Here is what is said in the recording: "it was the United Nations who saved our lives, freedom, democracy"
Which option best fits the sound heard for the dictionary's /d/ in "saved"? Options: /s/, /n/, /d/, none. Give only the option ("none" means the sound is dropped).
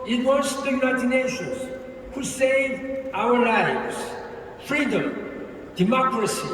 none